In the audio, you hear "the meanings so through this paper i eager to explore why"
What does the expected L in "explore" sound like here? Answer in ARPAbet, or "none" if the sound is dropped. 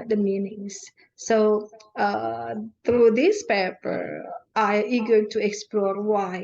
L